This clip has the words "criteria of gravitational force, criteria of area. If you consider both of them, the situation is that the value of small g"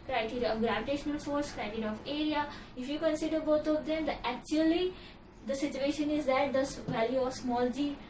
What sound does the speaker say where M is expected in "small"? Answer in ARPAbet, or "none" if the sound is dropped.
M